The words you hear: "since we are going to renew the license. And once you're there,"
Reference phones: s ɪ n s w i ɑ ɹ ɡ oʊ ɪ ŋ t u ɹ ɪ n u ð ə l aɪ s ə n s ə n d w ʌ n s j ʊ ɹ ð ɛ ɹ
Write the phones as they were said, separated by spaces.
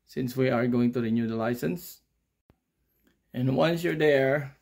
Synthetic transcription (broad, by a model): s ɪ n s w i ɑ ɹ ɡ oʊ ɪ ŋ t u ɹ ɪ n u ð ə l aɪ s ə n s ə n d w ʌ n s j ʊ ɹ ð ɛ ɹ